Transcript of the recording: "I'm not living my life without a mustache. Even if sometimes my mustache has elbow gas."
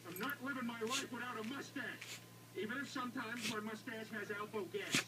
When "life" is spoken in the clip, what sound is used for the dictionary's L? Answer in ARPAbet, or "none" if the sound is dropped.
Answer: W